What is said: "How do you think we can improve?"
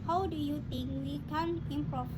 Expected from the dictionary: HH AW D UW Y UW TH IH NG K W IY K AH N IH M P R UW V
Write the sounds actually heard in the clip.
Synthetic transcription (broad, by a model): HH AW D UW Y UW T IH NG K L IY K AH N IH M P R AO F